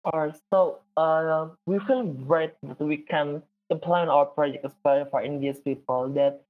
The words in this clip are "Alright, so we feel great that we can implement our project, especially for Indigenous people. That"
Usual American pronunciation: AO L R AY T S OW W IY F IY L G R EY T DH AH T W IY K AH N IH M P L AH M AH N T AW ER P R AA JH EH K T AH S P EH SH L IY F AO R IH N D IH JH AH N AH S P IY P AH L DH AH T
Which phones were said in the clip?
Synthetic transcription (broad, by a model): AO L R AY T S OW W IY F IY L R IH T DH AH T W IY K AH N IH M P L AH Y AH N AW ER P R AA JH EH K T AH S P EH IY F AO R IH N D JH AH AH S P IY P AH L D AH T